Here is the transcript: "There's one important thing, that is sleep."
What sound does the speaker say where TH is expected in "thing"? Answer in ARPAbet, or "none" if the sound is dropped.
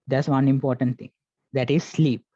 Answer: T